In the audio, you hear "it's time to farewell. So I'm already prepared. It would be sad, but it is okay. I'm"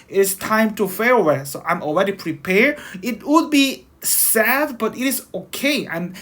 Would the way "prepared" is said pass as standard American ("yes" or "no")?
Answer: no